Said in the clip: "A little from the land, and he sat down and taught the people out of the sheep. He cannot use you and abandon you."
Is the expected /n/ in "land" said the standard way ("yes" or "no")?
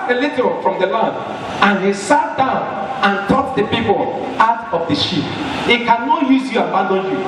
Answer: no